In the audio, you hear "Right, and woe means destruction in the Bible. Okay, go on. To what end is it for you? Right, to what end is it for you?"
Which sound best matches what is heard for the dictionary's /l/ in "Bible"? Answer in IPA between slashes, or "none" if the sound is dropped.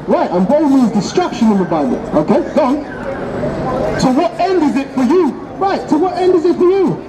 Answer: /n/